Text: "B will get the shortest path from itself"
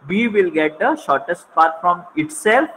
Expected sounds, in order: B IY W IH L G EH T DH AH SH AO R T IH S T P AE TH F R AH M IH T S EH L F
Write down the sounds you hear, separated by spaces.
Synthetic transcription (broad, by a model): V IY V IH L G EH T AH SH AO R T IH S T P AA T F R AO M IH T S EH L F